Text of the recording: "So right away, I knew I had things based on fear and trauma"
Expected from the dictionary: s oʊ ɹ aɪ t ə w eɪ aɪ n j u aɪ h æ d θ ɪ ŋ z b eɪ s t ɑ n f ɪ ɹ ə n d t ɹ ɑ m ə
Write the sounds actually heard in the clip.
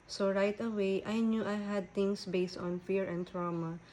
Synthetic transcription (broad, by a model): s oʊ ɹ aɪ t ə w eɪ aɪ n j u aɪ h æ d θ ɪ ŋ s b eɪ s t ɑ n f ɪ ɹ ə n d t ɹ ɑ m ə